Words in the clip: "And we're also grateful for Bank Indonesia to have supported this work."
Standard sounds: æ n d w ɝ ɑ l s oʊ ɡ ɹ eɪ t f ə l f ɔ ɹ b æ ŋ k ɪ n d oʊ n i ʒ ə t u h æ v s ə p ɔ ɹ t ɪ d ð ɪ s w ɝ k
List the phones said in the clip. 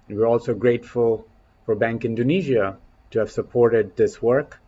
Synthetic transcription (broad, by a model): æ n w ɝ ɑ l s oʊ ɡ ɹ eɪ t f ə l f ɔ ɹ b æ ŋ k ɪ n d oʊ n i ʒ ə t u h æ v s ə p ɔ ɹ t ɪ d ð ɪ s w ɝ k